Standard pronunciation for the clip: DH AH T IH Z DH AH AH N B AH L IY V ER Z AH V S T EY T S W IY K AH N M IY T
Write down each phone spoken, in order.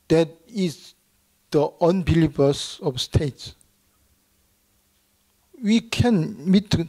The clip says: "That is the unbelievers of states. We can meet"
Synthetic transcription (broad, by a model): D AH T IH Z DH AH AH N B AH L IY B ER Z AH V S T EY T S W IY K AH N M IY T